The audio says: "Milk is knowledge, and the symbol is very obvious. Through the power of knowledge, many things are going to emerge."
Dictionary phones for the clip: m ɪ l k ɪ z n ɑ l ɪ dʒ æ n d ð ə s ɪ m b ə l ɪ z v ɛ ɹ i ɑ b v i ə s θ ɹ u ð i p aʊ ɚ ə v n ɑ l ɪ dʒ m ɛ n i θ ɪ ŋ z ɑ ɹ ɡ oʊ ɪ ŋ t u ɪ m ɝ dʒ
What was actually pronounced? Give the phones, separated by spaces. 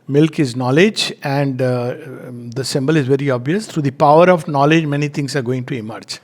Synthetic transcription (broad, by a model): m ɪ l k ɪ z n ɑ l ɪ dʒ æ n d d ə s ɪ m b ə l ɪ z v ɛ ɹ i ɑ b v i ə s t ɹ u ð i p aʊ ɚ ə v n ɑ l ɪ dʒ m ɛ n i t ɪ ŋ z ɑ ɹ ɡ oʊ ɪ ŋ t u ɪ m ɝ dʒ